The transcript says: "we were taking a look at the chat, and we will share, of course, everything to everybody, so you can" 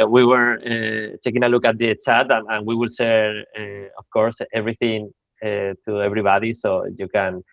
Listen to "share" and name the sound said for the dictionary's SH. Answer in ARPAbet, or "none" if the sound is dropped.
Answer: S